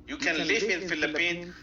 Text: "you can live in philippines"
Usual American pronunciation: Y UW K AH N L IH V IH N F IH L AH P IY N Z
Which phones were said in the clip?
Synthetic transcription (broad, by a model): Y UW K AH N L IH F IH N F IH L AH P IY N